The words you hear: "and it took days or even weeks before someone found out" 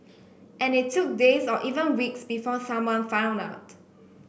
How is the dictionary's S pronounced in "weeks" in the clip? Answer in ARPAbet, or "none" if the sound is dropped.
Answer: S